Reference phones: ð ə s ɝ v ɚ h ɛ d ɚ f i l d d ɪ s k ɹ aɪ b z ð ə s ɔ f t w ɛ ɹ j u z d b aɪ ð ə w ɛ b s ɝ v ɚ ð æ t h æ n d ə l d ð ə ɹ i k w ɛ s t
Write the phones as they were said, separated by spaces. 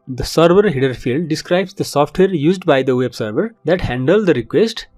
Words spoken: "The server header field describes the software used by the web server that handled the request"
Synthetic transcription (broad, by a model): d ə s ɝ v ɚ h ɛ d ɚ f i l d d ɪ s k ɹ aɪ b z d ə s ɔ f t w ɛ ɹ j u z d b aɪ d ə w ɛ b s ɝ v ɚ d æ t h æ n d ə l d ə ɹ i k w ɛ s t